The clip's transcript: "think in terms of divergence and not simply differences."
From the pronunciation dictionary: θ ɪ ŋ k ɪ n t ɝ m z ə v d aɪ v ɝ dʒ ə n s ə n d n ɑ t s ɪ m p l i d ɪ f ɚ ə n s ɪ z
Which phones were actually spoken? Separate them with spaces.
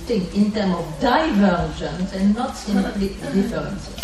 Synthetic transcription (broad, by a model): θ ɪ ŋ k ɪ n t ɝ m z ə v d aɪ v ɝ ʒ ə n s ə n n ɑ t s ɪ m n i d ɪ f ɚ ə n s